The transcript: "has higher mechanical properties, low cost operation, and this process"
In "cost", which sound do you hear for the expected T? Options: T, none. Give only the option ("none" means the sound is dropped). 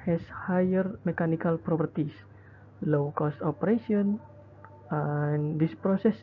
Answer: T